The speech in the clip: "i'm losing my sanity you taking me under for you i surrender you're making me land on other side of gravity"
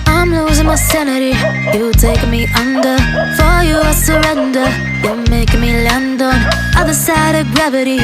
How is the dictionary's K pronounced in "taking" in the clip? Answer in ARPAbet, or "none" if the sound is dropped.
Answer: none